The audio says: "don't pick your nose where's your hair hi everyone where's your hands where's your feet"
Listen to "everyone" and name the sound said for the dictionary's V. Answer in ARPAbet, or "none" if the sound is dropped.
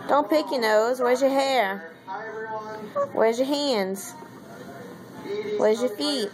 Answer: none